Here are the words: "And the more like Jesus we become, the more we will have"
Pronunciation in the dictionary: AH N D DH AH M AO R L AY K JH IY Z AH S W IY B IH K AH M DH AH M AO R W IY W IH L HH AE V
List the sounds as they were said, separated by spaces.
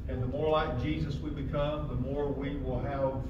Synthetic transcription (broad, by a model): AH N DH AH M AO R L AY K JH IY Z AH S W IY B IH K AH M DH AH M AO R W IY W IH L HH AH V